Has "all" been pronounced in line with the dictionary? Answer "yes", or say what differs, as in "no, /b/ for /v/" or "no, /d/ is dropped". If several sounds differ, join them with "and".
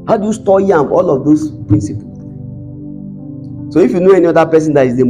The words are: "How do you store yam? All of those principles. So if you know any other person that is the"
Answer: yes